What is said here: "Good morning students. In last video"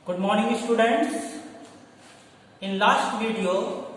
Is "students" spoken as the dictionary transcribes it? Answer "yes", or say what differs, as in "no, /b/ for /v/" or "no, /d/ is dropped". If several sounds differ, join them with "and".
yes